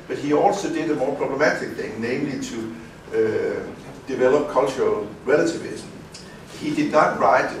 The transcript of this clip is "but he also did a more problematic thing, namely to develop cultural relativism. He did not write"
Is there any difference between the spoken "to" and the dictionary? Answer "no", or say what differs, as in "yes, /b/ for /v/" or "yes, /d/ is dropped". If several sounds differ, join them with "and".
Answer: yes, /s/ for /t/